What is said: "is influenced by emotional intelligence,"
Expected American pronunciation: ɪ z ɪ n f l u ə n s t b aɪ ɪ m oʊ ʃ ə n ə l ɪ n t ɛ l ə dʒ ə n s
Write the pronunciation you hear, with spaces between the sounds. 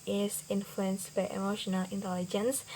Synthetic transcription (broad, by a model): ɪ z ɪ n f l u ə n s t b aɪ ɪ m oʊ ʃ ə n ə l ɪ n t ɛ l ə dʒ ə n s